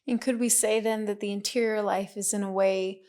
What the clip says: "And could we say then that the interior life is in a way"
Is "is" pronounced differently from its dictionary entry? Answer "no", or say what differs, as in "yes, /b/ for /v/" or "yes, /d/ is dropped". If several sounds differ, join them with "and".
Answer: no